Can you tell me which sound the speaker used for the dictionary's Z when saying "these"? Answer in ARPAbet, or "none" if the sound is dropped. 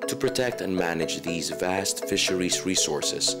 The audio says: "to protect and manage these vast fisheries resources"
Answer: Z